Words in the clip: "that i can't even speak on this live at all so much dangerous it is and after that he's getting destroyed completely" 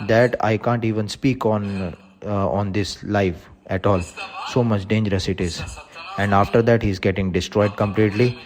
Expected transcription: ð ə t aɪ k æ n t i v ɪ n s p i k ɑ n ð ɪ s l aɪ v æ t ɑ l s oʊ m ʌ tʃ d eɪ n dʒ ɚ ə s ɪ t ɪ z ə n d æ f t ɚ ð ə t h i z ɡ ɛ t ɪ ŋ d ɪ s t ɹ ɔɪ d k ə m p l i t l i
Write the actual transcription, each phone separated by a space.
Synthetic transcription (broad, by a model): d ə t aɪ k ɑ n t i v ɪ n s p i k ɑ n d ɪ s l aɪ f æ t ɑ l s oʊ m ʌ tʃ d eɪ n dʒ ɚ ə s ɪ t ɪ z ə n d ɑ f t ɚ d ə t h i z ɡ ɛ t ɪ ŋ d ɪ s t ɹ ɔɪ d k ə m p l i t l i